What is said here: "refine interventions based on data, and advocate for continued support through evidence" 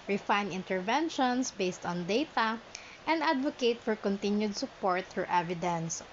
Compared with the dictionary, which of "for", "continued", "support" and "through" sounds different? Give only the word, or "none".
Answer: through